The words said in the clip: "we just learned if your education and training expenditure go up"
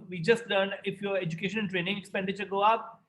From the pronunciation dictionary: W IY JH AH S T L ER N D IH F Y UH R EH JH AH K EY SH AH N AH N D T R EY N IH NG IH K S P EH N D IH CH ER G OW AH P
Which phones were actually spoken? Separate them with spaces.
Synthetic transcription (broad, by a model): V IY JH AH S T L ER N IH F Y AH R EH JH AH K EY SH AH N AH N T R EY N IH NG IH K S P EH N D IH CH ER G OW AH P